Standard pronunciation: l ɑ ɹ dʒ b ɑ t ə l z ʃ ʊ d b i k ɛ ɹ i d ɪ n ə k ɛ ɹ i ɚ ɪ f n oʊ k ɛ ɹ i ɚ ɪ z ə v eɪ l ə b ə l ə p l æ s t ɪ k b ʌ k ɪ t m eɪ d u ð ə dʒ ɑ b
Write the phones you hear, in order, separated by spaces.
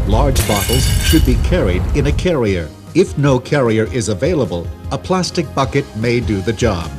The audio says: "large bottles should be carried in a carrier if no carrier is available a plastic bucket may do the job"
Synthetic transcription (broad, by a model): l ɑ ɹ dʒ b ɑ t l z ʃ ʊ d b i k ɛ ɹ i d ɪ n ə k ɛ ɹ i ɚ ɪ f n oʊ k ɛ ɹ i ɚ ɪ z ə v eɪ l ə b ə l ə p l æ s t ɪ k b ʌ k ɪ t m eɪ d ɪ ð ə dʒ ɑ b